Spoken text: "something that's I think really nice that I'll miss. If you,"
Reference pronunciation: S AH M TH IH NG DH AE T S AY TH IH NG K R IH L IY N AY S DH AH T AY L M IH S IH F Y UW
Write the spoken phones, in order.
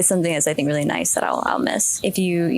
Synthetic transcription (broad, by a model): S AH M TH IH NG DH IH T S AY TH IH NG K R IH L IY N AY S DH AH T AY L M IH S IH F Y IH